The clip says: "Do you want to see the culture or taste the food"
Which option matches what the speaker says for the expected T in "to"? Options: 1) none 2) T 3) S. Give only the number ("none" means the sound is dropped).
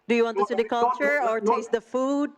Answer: 3